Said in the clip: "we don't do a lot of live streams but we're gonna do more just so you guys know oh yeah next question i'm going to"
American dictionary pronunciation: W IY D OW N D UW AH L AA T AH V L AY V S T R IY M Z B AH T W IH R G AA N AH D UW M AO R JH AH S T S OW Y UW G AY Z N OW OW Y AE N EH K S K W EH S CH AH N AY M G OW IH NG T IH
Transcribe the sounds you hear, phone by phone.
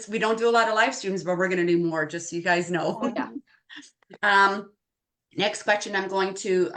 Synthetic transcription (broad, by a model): W IY D OW N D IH AH L AA T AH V L AY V S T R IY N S B AH T W IH R G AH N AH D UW M AO R JH AH S T Y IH G AY Z N OW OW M N EH K S K W EH S CH AH N AY M G OW IH NG T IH